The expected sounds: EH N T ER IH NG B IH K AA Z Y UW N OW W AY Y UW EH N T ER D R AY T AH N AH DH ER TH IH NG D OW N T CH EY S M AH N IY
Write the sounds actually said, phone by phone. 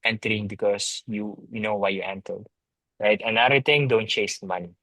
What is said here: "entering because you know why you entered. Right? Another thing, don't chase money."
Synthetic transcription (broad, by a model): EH N T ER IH NG B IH K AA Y Y UW N OW W AY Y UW EH N T ER D R AY T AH N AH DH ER T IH NG D OW N T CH EY S M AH N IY